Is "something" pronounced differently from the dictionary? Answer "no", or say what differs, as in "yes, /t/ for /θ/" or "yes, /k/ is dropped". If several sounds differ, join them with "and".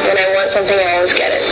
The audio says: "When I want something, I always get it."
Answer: no